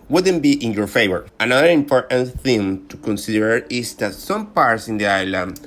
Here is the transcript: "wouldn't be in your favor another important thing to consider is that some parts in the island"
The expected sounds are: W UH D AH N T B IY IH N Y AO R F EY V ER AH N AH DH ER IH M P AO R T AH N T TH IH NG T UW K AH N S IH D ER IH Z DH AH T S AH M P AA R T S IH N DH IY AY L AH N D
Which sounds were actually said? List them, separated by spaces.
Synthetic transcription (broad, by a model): W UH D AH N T B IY IH N Y AO R F EY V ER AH N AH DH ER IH M P AO R T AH N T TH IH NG T UW K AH N S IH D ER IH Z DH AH T S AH M P AA R T S IH N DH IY AY L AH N